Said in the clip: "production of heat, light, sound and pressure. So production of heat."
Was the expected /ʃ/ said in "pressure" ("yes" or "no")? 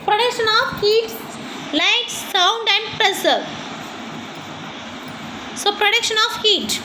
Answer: no